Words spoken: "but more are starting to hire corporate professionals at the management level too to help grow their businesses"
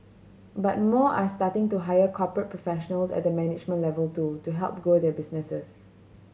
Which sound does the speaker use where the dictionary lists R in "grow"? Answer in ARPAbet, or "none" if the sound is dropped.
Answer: none